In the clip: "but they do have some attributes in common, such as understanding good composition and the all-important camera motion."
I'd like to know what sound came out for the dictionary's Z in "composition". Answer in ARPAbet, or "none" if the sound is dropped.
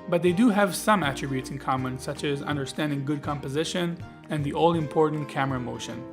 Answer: Z